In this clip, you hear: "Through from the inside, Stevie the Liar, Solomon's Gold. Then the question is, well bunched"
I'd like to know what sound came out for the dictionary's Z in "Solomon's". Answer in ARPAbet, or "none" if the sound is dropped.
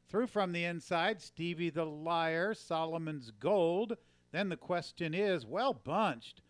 Z